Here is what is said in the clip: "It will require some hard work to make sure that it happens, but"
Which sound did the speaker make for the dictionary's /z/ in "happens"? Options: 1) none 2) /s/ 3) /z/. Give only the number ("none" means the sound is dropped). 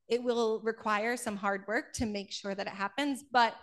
3